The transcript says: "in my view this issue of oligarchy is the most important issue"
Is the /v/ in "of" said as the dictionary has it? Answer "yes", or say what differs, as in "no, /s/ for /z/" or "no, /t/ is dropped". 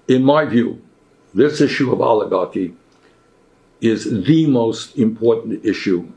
yes